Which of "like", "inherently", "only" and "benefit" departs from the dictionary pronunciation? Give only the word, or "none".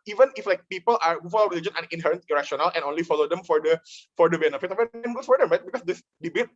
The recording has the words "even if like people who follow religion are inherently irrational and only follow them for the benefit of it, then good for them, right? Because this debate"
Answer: inherently